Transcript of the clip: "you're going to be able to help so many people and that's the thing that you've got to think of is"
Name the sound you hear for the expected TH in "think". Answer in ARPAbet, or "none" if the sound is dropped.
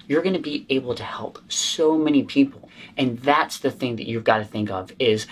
TH